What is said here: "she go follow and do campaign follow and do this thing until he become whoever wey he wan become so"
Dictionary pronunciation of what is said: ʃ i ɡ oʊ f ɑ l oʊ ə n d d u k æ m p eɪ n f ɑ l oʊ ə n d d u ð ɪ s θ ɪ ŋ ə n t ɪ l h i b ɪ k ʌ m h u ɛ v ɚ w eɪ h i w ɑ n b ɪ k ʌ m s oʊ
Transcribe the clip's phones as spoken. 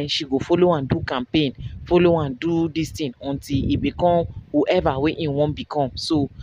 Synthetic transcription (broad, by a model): ʃ i ɡ oʊ f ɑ l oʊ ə n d d u k æ m p eɪ n f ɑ l oʊ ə n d d u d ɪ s t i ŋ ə n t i l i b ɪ k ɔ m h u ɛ v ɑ w eɪ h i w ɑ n b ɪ k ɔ m s oʊ